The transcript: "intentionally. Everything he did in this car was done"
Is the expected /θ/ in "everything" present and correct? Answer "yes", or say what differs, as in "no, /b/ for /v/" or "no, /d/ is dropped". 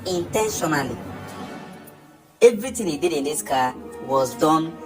no, /t/ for /θ/